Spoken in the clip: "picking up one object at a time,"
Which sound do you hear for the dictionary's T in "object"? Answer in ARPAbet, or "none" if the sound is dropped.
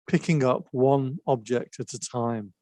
T